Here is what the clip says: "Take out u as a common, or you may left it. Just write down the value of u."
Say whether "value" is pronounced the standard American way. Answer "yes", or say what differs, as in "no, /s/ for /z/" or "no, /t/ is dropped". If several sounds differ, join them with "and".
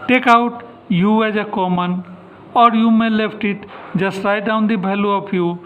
no, /b/ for /v/